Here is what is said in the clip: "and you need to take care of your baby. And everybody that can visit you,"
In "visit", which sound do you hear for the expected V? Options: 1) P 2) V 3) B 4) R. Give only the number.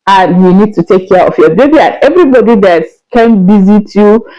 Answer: 3